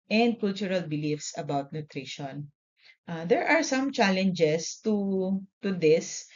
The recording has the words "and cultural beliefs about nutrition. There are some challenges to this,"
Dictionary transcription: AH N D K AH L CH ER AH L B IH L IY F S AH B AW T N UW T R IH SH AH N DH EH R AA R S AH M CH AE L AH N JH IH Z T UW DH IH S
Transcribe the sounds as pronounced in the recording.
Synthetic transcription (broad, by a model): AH N D K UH L CH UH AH L B IH L IY F S AH B AW T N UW T R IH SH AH N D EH R AA R S AH M CH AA L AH N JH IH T T UW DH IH S